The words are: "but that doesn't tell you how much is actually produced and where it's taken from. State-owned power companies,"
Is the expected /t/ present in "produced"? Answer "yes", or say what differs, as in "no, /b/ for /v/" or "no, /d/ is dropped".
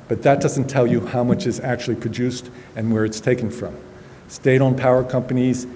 yes